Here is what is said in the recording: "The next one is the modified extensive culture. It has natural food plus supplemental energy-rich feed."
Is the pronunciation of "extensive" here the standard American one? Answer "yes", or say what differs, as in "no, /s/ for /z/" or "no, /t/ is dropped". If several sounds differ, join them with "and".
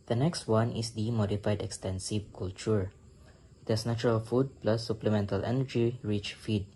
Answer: yes